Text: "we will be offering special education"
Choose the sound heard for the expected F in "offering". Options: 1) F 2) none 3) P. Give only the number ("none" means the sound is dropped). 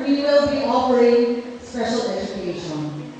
3